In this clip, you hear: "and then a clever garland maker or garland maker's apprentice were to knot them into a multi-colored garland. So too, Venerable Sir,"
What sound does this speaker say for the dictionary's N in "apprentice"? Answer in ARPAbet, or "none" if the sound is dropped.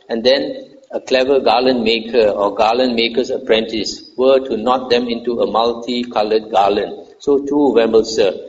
N